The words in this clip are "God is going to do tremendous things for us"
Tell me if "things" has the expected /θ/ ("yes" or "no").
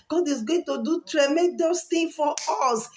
no